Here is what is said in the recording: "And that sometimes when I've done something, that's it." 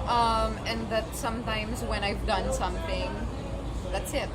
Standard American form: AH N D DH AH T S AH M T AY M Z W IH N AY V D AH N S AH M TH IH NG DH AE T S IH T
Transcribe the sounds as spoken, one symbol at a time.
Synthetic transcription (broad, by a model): AH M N DH AH T S AH M T AY M Z W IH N AY V D AH N S AH M TH IH NG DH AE T S IH T